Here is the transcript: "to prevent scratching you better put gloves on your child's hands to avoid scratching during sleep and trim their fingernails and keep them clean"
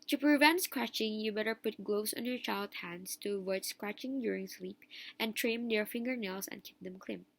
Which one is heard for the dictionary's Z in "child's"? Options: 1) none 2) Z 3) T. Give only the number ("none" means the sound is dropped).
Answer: 1